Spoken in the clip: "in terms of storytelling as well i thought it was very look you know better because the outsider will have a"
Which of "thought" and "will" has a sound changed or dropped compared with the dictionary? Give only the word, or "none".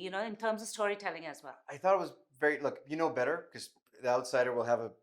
none